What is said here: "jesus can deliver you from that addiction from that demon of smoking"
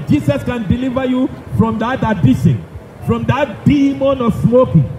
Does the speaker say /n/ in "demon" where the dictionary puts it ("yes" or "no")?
yes